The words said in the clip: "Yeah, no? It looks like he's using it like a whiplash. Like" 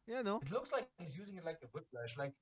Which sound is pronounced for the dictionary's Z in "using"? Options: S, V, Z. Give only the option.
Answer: Z